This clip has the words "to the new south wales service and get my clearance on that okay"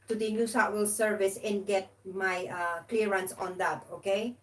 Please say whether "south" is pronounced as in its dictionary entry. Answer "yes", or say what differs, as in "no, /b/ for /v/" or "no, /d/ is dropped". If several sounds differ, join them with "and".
no, /t/ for /θ/